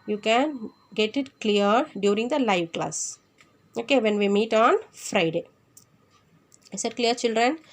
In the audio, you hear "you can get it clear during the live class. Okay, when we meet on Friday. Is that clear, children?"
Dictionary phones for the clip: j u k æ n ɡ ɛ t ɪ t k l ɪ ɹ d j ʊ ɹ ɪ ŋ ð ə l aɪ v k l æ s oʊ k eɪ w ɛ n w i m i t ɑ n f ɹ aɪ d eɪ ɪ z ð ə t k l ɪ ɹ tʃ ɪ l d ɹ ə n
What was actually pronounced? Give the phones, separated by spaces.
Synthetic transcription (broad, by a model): j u k æ n ɡ ɛ t ɪ t k l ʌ ɹ d j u ɹ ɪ ŋ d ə l aɪ v k l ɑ s oʊ k eɪ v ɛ n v i m i t ɑ n f ɹ aɪ d eɪ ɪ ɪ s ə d k l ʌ ɹ tʃ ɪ l d ɹ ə n